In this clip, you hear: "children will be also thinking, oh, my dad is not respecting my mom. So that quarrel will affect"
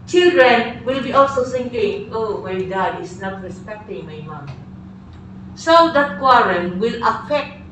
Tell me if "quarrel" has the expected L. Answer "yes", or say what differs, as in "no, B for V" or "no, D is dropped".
no, N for L